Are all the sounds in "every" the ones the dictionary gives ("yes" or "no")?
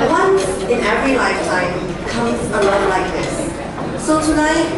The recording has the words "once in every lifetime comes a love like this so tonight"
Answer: yes